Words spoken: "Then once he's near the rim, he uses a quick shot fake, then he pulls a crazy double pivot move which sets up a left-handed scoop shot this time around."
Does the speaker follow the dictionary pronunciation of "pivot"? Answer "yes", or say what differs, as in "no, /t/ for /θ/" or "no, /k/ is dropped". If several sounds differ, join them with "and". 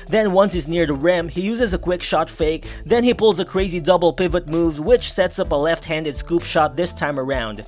yes